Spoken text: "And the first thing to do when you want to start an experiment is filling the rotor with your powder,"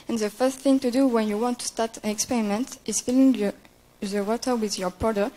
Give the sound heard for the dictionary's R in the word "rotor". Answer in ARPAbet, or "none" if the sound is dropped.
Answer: W